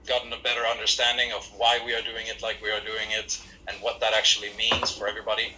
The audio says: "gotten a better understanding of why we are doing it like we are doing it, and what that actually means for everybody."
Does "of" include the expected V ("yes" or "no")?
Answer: yes